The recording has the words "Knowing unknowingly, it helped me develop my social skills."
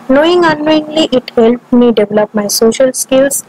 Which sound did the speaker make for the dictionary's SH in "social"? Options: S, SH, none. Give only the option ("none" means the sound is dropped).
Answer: SH